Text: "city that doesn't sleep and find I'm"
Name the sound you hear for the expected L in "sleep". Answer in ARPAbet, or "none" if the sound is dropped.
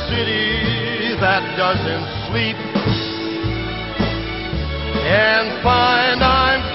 W